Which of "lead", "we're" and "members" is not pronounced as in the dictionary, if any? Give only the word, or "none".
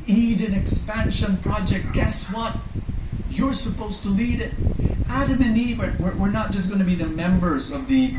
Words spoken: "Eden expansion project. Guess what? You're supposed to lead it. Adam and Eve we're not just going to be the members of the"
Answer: none